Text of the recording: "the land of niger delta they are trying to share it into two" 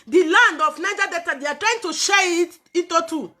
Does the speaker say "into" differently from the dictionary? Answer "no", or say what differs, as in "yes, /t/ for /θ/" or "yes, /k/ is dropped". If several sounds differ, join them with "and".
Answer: yes, /n/ is dropped